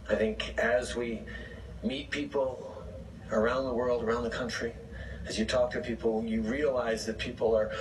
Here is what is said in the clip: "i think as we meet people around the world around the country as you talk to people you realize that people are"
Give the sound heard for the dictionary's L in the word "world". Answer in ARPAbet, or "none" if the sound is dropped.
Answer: L